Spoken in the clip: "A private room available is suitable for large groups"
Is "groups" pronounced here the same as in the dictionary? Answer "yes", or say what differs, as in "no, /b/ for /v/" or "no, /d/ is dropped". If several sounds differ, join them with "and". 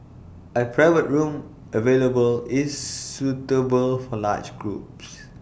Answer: yes